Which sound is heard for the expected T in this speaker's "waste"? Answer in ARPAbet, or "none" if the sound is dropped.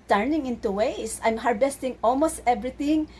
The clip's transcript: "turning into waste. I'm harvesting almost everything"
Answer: none